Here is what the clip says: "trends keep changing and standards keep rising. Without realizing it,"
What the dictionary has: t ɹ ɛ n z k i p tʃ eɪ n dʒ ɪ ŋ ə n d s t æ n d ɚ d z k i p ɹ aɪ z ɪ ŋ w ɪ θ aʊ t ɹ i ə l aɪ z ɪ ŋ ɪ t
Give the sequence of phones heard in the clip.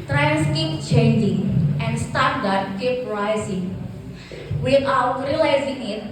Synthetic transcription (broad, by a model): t ɹ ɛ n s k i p tʃ eɪ n dʒ ɪ ŋ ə n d s t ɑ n d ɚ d k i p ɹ aɪ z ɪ ŋ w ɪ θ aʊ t ɹ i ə l aɪ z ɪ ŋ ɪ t